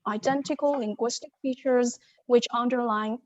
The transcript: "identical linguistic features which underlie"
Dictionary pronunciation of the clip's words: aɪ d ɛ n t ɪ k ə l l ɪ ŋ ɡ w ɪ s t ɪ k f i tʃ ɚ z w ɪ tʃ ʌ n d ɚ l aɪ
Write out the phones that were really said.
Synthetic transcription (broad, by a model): aɪ d ɛ n t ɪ k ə l l ɪ ŋ ɡ w ɪ s t ɪ k f i tʃ ɚ z w ɪ tʃ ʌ n d ɚ l aɪ